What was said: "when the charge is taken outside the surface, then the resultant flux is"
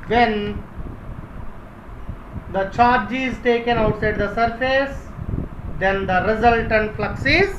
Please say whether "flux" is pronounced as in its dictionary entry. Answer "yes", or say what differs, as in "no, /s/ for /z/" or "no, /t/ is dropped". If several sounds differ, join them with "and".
yes